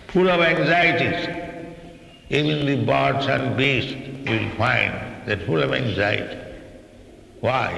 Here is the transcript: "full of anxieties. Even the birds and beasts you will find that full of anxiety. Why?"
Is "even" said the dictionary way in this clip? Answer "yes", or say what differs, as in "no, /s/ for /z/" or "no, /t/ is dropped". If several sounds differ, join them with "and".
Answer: no, /b/ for /v/